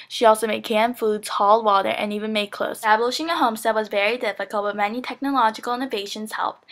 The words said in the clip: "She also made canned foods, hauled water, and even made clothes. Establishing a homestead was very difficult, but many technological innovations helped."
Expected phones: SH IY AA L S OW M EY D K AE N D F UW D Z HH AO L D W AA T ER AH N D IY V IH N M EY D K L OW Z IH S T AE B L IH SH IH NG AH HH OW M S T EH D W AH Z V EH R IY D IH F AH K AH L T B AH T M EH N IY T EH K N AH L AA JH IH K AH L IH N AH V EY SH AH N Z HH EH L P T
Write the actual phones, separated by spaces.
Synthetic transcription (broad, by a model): SH IY AA L S OW M EY D K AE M F UW D Z HH AO L D W AA T ER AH N IY V IH N M EY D K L OW IH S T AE B L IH SH IH NG AH HH OW M S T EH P W AH Z V EH R IY D IH F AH K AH L T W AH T M EH N IY T EH K N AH L AA JH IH K L IH N AH V EY SH AH N Z HH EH L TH